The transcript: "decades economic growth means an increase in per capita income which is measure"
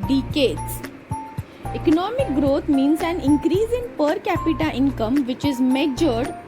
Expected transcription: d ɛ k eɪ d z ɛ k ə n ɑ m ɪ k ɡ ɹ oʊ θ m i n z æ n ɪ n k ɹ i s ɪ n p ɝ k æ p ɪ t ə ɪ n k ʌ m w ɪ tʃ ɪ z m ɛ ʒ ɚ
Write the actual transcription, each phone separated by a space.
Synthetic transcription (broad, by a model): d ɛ k eɪ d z ɛ k ə n ɑ m ɪ k ɡ ɹ oʊ t m i n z æ n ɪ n k ɹ i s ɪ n p ɝ k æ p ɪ t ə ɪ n k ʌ m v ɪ tʃ ɪ z m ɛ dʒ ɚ